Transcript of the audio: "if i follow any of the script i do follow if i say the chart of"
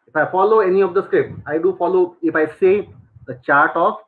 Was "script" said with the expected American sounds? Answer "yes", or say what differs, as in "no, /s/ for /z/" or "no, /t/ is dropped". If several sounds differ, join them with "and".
yes